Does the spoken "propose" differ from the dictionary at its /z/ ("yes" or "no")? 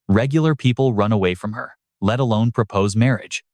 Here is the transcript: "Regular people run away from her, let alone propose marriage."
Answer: no